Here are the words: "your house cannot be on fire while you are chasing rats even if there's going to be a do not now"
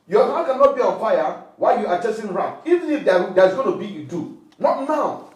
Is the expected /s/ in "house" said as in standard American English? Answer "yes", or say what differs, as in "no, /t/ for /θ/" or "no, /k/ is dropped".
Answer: no, /s/ is dropped